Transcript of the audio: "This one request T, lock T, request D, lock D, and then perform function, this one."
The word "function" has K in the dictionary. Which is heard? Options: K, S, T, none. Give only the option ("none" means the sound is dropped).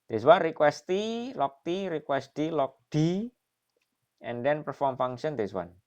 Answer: none